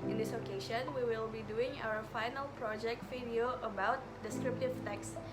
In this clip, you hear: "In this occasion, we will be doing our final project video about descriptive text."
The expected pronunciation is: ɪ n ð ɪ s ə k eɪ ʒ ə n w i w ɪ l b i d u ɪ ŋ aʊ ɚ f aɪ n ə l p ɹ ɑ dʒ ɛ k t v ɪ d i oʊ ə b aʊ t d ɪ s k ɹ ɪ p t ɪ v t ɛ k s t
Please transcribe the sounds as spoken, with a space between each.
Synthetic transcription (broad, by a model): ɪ n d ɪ s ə k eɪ ʃ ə n w i w ɪ l b i d u ɪ ŋ aʊ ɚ f aɪ n ə l p ɹ ɑ dʒ ɛ k t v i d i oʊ ə b aʊ t d ɪ s k ɹ ɪ p t ɪ v t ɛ k s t